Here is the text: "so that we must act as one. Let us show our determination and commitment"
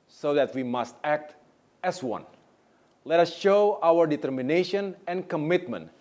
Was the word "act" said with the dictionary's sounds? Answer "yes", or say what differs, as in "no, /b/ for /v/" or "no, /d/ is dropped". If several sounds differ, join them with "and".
yes